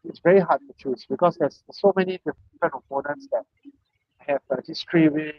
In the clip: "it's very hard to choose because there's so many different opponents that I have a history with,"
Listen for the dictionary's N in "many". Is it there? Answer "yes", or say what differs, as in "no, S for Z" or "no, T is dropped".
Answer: yes